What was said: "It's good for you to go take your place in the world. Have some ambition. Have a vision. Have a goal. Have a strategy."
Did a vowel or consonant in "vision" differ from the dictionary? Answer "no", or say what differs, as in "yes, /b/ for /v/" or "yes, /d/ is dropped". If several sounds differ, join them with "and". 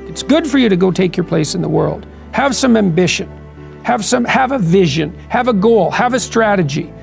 no